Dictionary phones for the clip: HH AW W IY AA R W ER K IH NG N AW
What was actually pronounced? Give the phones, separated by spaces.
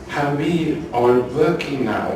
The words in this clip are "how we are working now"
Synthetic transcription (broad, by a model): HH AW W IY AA L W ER K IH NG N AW